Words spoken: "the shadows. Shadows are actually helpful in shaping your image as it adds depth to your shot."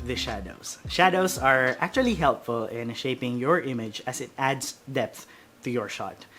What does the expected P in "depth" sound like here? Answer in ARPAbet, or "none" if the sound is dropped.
P